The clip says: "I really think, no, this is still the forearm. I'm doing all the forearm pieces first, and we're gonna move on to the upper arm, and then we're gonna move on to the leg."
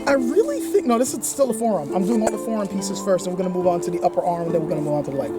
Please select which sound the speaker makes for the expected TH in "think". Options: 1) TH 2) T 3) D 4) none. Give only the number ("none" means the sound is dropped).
1